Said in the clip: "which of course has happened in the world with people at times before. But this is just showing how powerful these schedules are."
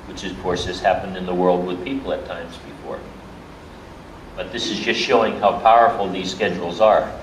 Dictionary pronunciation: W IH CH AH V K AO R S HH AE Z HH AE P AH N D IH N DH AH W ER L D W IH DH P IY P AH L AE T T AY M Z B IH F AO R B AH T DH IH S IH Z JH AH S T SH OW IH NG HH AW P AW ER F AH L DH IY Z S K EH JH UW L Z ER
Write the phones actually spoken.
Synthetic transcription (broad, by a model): W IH CH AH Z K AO R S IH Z HH AE P AH N D IH N DH AH W ER L D W IH DH P IY P L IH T T AY M Z B IH F AO R B AH T DH IH S IH Z JH AH S T SH OW IH NG HH AW P AW ER F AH L DH IY Z S K EH JH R L Z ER